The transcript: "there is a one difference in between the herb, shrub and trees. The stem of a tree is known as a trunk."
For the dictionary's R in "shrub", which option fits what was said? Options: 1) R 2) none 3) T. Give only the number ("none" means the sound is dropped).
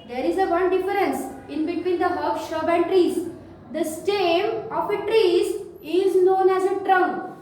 2